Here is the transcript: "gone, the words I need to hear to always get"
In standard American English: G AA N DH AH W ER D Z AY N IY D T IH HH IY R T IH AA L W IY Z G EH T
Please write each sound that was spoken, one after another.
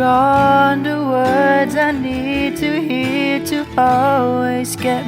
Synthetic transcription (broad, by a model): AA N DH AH W ER D Z AY N IY D T IH HH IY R T IH AA L W IY Z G EH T